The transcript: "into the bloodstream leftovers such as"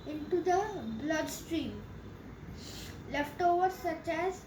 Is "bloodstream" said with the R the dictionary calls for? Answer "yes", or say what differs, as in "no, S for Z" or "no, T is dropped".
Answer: yes